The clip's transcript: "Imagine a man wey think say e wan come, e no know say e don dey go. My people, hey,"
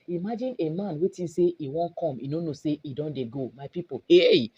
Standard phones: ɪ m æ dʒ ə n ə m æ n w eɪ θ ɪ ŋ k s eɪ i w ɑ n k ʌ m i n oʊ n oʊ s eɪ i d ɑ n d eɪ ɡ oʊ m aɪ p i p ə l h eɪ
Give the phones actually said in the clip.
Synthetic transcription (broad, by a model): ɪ m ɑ dʒ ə n ə m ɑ n w eɪ t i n s eɪ i w ɑ n k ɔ m i n oʊ n oʊ s eɪ i d ɑ n d eɪ ɡ oʊ m aɪ p i p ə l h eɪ